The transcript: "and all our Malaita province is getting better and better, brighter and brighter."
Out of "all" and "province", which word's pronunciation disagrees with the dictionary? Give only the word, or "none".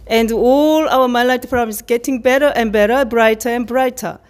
province